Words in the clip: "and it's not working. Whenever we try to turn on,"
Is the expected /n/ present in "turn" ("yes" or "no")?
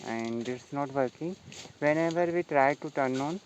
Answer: yes